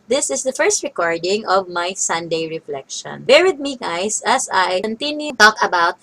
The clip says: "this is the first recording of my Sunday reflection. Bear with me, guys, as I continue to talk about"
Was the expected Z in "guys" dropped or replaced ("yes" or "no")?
yes